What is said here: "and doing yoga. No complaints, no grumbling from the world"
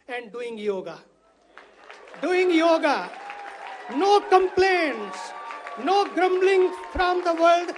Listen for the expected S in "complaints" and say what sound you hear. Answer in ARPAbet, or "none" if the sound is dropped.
S